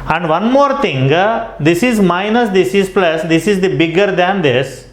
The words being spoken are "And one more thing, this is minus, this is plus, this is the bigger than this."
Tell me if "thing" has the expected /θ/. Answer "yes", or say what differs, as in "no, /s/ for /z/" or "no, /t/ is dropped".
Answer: no, /t/ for /θ/